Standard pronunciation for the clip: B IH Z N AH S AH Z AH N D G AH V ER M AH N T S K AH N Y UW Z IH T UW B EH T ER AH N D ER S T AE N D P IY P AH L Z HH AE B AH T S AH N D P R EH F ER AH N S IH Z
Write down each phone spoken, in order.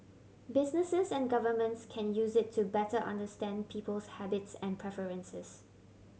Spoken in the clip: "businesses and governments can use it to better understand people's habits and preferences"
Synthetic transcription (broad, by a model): B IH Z N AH S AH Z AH N G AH V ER M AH N T S K AH N Y UW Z IH T UW B EH T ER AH N D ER S T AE N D P IY P AH L S HH AE B AH T S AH N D P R EH F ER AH N S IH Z